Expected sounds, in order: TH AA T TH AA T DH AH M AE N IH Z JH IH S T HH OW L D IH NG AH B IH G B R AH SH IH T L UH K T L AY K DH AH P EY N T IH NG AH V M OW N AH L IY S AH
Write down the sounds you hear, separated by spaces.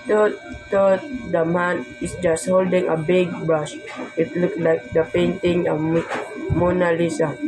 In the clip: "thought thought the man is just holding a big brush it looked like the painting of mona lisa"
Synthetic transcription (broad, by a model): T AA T T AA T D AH M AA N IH S JH IH S T HH OW L D IH NG AH B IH G B AH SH IH T L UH K L AY K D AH P EY N T IH NG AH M M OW N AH L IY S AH